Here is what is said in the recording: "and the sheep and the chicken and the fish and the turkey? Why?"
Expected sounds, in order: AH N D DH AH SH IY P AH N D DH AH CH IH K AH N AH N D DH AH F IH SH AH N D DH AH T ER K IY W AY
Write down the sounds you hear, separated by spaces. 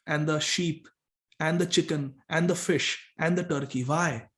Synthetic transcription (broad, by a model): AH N D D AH SH IY P AH N D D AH CH IH K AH N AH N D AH F IH SH AH N D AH T ER K IY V AY